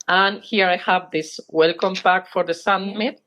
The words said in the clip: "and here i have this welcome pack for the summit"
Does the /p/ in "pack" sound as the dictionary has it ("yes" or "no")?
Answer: no